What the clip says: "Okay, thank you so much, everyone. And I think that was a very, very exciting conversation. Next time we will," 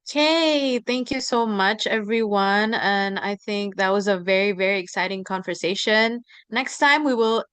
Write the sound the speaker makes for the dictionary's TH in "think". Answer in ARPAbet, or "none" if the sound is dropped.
TH